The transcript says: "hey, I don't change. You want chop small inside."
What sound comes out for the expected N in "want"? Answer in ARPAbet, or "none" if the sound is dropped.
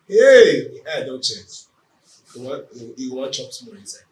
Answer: none